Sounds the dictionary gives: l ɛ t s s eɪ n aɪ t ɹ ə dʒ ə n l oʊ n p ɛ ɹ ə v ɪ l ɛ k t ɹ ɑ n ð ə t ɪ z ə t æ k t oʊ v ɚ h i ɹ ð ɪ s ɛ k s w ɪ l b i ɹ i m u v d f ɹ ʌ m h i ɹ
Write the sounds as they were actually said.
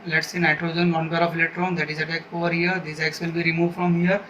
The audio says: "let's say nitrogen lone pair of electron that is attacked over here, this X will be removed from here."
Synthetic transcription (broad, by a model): l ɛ t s s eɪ n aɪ t ɹ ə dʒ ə n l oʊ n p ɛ ɹ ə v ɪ l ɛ t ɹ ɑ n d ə t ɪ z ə t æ k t oʊ v ɚ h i ɹ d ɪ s ɛ k s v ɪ l b i ɹ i m u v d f ɹ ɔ m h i ɹ